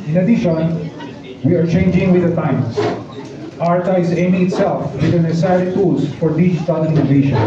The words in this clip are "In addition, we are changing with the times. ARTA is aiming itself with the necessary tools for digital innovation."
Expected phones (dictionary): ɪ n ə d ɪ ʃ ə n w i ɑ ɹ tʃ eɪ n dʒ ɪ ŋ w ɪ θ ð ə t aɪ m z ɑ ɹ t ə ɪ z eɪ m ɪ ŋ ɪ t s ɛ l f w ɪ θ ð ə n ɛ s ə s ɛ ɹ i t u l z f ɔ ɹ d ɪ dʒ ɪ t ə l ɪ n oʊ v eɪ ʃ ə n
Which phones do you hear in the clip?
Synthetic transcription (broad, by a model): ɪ n ə d ɪ ʃ ə n w i ɑ ɹ tʃ eɪ n dʒ ɪ ŋ w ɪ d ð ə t aɪ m s ɑ ɹ t ə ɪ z eɪ m ɪ ŋ ɪ t s ɛ l f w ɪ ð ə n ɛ s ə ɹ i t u l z f ɔ ɹ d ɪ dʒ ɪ t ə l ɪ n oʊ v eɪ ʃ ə n